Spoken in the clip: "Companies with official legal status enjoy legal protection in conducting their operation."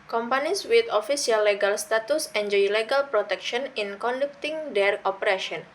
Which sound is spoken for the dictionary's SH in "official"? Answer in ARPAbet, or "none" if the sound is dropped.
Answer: S